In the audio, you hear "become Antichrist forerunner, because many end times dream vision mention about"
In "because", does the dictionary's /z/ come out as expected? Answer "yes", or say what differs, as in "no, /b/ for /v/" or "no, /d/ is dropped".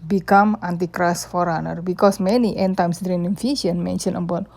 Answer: no, /s/ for /z/